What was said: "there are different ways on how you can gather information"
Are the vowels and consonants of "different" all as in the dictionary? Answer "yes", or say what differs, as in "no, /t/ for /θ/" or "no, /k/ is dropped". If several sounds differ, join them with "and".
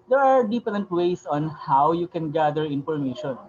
no, /p/ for /f/